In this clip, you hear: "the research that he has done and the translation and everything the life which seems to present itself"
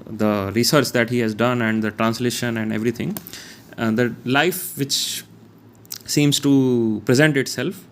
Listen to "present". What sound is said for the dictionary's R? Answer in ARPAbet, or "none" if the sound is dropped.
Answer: R